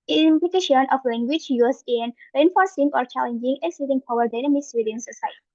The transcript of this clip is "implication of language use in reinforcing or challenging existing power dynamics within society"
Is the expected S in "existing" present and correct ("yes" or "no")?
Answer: no